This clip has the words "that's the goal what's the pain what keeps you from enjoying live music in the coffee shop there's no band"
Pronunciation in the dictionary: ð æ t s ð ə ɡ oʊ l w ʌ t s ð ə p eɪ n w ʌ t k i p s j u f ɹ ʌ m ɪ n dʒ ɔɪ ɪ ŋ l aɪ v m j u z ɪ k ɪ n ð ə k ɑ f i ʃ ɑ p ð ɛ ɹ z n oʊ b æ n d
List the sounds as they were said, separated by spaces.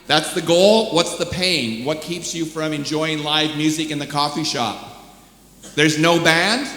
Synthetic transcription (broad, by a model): ð æ t s ð ə ɡ oʊ l w ʌ t s ð ə p eɪ n w ʌ t k i p s j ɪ f ɹ ʌ m ɪ n dʒ ɔɪ ɪ ŋ l aɪ v m j u z ɪ k ɪ n ð ə k ɑ f i ʃ ɑ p ð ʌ ɹ z n oʊ b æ n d